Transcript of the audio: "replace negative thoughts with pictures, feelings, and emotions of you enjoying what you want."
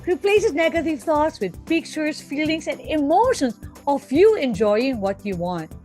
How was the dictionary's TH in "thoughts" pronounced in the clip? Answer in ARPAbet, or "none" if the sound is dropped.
T